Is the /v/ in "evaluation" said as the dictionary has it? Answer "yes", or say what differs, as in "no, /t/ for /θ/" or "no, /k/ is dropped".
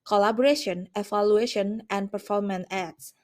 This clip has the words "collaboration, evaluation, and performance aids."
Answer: no, /f/ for /v/